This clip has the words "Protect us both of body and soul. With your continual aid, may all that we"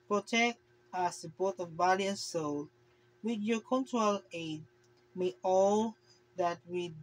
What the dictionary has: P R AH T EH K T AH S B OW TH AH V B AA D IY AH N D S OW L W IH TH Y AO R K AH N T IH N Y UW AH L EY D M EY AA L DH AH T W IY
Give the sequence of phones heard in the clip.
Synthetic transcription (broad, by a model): P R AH T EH K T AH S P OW T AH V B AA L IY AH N S OW L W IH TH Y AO K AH N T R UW L EY D M EY AA L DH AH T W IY